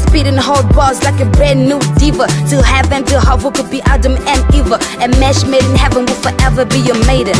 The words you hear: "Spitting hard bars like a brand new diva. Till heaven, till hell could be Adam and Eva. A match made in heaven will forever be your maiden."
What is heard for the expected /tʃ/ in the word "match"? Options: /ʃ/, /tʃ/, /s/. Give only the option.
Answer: /ʃ/